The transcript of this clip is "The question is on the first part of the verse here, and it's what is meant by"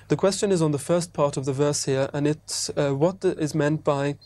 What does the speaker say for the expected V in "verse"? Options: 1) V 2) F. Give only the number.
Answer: 1